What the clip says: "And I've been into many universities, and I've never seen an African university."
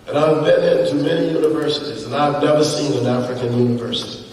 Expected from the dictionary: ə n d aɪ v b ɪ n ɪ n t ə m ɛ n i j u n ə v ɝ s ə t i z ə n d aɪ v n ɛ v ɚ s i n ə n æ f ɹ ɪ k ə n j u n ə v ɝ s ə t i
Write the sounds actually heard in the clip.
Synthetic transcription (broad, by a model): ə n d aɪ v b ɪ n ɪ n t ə m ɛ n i j u n ə v ɝ s ə t i z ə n aɪ v n ɛ v ɚ s i n ə n æ f ɹ ɪ k ə n j u n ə v ɝ s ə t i